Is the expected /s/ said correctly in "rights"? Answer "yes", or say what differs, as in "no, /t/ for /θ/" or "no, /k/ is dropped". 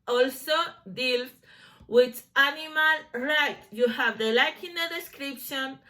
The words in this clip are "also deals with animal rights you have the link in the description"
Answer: no, /s/ is dropped